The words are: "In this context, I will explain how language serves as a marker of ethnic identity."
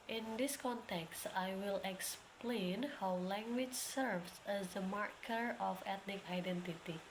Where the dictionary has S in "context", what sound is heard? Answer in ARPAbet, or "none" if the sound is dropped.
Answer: S